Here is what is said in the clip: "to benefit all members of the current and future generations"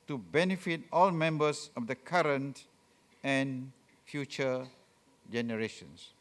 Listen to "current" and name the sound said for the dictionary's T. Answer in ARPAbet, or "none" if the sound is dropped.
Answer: T